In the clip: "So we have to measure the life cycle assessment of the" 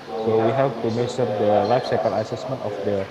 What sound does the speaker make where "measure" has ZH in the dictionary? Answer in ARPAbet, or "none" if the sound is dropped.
S